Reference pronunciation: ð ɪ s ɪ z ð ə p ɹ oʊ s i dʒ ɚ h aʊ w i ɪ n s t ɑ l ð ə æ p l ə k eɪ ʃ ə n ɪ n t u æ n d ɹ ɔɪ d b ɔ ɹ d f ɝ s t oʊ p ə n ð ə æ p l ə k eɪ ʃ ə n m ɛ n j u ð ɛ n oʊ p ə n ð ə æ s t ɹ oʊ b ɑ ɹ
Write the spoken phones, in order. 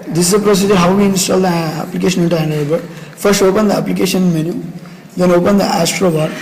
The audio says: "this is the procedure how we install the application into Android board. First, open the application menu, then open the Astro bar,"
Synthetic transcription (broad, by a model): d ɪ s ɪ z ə p ɹ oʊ s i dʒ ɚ h aʊ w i ɪ n s t ɑ l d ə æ p l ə k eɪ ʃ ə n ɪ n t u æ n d ɔɪ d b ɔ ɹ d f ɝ s t oʊ p ə n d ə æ p l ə k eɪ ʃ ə n m ɛ n j u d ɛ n oʊ p ə n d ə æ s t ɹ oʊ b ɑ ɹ